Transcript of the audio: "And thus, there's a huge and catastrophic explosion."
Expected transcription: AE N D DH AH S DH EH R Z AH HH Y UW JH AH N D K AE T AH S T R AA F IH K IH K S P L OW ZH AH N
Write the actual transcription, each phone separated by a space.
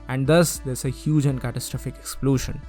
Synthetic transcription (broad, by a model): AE N D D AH S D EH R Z AH HH Y UW JH AH N D K AE T AH S T R AA F IH K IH K S P L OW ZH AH N